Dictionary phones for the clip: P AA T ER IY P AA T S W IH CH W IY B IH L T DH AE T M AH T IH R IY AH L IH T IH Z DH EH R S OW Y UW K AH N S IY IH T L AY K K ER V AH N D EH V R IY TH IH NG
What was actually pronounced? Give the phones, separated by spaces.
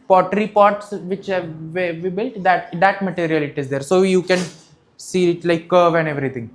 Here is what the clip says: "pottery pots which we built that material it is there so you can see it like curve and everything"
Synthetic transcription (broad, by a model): P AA T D IY P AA T S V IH CH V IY B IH L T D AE T M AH T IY R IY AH L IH T IH Z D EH R S OW Y UW K AH N S IY IH T L AY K K ER V AH N D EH V R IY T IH NG